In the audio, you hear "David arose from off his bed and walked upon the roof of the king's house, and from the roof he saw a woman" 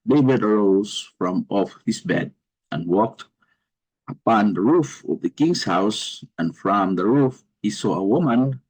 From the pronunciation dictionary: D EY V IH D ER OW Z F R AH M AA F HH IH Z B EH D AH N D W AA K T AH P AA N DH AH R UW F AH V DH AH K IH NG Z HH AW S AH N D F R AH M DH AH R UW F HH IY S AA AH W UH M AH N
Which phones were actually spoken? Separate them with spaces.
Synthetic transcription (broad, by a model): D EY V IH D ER OW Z F R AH M AA F HH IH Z B EH D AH N W AA K T AH P AA N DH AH R UW F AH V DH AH K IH NG S HH AW S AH N F R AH M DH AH R UW F HH IY S AA AH W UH M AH N